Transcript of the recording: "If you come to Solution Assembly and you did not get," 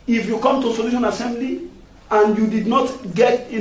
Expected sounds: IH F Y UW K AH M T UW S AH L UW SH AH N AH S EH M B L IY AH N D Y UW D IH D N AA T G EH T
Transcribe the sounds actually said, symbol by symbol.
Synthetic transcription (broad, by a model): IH F Y UW K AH M T UW S AH L UW SH AH N AH S EH M B L IY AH N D Y UW D IH D N AA T G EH T